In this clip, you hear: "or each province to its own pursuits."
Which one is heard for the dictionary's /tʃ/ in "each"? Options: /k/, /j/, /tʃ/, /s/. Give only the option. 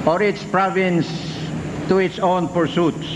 /s/